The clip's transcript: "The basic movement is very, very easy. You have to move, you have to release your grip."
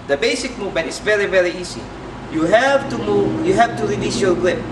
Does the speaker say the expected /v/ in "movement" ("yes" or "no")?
yes